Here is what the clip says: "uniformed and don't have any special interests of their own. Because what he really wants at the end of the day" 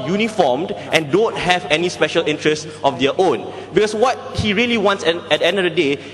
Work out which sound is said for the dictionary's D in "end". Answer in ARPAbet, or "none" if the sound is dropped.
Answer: D